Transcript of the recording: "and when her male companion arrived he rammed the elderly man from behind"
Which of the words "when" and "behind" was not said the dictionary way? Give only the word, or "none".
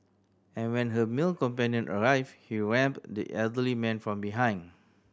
behind